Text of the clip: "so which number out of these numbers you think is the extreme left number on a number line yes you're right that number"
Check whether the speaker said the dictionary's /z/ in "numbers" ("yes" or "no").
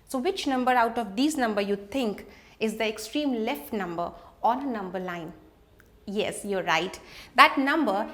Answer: no